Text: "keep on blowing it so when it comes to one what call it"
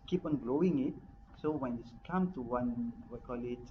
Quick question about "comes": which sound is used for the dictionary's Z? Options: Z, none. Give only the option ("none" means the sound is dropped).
none